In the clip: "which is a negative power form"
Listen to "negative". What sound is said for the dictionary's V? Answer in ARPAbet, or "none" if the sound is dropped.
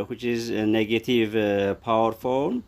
V